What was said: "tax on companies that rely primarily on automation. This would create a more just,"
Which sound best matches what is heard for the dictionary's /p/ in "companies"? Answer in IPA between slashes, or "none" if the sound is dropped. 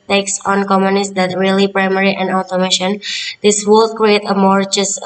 none